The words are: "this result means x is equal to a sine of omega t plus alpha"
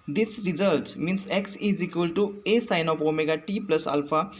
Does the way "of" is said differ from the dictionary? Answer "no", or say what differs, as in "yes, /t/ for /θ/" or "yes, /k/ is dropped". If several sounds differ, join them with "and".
yes, /p/ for /v/